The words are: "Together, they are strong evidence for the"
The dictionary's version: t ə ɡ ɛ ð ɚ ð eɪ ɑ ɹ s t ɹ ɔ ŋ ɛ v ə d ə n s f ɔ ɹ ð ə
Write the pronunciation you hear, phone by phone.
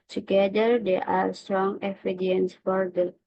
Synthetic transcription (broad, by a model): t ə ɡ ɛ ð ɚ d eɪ ɑ ɹ s t ɹ ɔ ŋ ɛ f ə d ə n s f ɔ ɹ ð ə